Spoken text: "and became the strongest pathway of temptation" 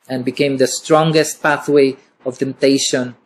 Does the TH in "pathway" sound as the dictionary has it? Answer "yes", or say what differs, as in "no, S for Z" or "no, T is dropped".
yes